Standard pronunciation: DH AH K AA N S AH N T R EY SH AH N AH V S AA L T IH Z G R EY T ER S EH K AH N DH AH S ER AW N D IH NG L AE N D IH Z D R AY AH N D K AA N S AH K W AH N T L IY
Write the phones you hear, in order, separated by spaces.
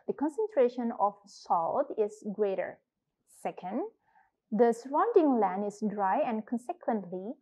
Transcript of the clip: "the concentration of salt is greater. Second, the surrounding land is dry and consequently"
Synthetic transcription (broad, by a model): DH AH K AA N S AH N T R EY SH AH N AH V S AA L T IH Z G R EY T ER S EH K AH N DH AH S ER AW N D IH NG L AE N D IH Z D R AY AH N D K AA N S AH K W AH N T L IY